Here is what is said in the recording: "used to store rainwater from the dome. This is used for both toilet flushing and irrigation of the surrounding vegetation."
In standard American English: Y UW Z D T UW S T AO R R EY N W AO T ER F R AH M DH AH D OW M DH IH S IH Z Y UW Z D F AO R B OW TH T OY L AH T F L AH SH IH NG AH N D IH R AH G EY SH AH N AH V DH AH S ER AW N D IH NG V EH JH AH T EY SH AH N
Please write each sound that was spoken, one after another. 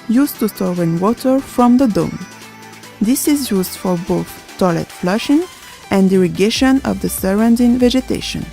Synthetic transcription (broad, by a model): Y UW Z T UW S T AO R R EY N W AO T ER F R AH M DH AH D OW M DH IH S IH Z Y UW Z D F AO R B OW TH T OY L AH T F L AH SH IH NG AH N D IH R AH G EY SH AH N AH V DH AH S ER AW N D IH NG V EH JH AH T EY SH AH N